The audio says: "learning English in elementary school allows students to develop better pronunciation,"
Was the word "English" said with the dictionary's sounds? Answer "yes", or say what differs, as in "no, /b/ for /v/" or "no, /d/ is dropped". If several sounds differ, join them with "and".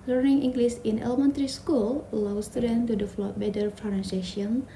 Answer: no, /s/ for /ʃ/